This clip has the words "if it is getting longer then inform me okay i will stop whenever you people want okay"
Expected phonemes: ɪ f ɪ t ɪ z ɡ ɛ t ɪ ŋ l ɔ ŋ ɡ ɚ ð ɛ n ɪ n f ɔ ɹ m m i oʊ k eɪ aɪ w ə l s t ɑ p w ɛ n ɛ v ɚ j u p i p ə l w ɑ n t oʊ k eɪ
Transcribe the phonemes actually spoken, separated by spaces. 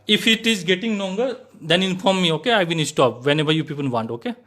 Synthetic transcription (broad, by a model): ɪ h ɪ t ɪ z ɡ ɛ t ɪ ŋ l ɔ ŋ ɡ ɚ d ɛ n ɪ n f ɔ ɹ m m i oʊ k eɪ aɪ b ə n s t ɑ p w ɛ n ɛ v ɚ j u p i p ə l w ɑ n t oʊ k eɪ